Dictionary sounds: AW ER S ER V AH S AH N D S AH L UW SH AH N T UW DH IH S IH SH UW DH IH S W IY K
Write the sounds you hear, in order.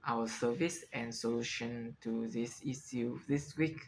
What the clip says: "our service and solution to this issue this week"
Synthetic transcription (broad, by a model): AW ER S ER V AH S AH N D S AH L UW SH AH N T UW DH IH S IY S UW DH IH S W IY K